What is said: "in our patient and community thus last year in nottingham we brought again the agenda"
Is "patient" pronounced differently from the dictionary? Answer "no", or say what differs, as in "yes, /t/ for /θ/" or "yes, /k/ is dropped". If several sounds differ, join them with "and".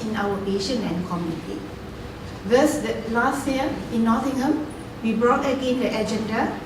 yes, /t/ is dropped